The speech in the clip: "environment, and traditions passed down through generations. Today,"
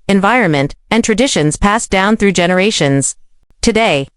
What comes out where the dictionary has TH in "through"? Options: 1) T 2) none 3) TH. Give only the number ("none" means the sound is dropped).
3